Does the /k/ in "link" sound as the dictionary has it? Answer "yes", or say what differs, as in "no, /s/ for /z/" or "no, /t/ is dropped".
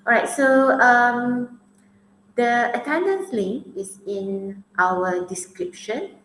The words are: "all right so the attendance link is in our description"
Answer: no, /k/ is dropped